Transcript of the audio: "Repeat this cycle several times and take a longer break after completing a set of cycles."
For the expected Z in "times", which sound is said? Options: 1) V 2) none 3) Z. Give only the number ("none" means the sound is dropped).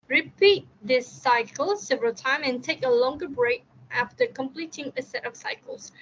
2